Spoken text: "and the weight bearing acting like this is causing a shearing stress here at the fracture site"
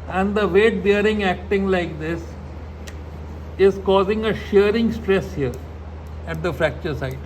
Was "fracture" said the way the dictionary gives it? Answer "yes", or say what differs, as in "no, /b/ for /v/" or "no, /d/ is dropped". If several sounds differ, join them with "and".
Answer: yes